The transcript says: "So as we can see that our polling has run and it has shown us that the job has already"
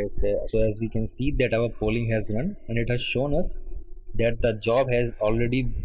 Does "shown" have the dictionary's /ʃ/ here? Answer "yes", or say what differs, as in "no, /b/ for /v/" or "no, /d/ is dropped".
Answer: yes